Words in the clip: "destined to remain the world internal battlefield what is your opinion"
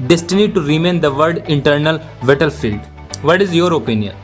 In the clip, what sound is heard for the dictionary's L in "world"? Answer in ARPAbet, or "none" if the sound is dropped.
none